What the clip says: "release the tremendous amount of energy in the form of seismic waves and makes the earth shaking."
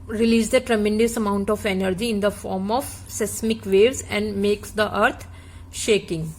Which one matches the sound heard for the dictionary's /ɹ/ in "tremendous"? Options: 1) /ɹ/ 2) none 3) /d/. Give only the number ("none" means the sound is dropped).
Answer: 1